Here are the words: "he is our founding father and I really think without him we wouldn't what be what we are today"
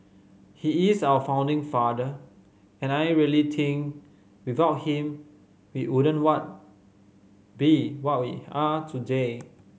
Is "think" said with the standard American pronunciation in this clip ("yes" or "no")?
no